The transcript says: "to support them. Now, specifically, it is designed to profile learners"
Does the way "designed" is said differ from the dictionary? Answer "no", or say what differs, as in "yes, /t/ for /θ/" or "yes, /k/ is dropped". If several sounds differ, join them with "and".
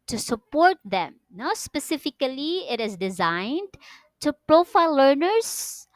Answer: no